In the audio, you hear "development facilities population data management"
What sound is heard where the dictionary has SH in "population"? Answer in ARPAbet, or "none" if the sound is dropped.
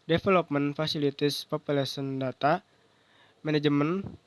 S